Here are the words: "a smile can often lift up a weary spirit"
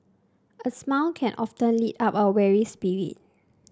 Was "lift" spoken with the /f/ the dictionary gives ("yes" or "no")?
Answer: no